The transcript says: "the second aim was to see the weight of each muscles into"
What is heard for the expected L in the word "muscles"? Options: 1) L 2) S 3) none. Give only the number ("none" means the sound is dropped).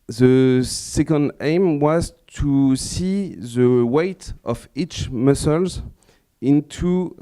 1